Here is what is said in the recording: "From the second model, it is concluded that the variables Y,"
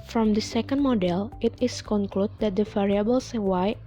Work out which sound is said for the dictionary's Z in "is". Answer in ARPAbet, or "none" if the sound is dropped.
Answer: S